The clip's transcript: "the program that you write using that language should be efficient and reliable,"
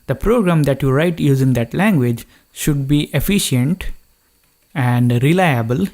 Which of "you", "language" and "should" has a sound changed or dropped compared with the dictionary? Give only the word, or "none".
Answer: none